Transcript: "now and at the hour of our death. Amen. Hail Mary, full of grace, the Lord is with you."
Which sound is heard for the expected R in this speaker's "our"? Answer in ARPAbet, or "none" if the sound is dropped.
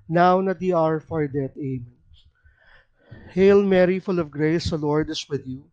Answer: R